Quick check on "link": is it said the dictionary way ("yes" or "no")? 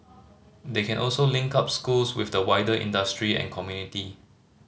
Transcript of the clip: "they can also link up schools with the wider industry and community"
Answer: yes